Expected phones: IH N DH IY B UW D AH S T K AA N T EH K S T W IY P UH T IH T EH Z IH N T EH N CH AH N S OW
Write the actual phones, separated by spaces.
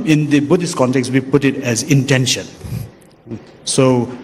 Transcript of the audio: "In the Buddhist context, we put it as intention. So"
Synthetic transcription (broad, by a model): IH N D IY B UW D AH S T K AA N T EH K S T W IY P UH T IH T EH Z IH N T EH N SH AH N S OW